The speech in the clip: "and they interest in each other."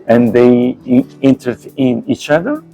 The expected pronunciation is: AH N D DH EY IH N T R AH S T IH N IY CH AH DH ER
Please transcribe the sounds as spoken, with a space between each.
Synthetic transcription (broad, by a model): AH N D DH EY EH N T AH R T IH N IY CH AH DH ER